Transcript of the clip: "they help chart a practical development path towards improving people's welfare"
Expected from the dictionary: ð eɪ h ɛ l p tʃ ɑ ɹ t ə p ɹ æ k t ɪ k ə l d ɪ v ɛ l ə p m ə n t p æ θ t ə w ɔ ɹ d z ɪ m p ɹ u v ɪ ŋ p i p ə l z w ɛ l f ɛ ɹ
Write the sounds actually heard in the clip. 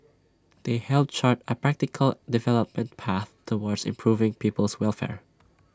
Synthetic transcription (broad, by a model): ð eɪ h ɛ l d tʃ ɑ ɹ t ə p ɹ æ k t ɪ k ə l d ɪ v ɛ l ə p m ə n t p æ θ t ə w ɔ ɹ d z ɪ m p ɹ u v ɪ ŋ p i p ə l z w ɛ l f ɛ ɹ